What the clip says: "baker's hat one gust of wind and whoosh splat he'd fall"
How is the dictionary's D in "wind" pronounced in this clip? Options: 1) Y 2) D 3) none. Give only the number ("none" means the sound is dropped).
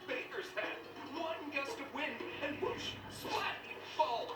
3